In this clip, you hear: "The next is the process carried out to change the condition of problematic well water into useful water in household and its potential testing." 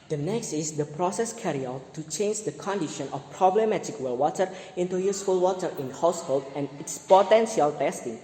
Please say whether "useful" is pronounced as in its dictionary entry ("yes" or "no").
yes